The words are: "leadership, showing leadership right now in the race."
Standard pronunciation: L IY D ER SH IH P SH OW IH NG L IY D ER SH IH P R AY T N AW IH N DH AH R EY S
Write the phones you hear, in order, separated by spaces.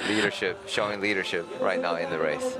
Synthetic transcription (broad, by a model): L IY D ER SH IH P SH OW IH NG L IY D ER SH IH P R AY T N AW IH N DH AH R EY S